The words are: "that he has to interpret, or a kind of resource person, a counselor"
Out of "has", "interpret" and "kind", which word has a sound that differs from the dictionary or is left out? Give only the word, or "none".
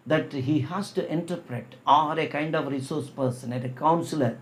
has